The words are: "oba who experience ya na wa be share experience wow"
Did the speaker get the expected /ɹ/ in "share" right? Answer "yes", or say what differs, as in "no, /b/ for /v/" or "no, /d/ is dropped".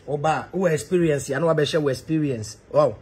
no, /w/ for /ɹ/